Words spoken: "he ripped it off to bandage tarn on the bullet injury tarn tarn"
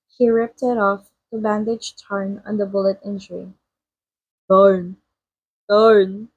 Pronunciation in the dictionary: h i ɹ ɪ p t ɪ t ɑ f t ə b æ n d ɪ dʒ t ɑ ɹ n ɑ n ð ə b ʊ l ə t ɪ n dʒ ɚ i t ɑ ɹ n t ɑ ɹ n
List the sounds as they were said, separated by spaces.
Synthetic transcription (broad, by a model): h i ɹ ɪ p t ɪ t ɑ f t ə b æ n d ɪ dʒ t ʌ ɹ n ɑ n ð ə b ʊ l ə t ɪ n dʒ ɚ i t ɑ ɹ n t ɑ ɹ n